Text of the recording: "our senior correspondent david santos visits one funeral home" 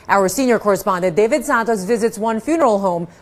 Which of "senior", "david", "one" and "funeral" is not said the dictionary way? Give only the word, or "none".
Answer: none